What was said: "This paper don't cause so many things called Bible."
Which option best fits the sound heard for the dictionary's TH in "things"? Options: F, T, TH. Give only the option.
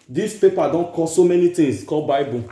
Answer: T